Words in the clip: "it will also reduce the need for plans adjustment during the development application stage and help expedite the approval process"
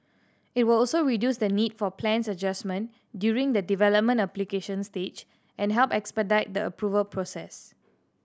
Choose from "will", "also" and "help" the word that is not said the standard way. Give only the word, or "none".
none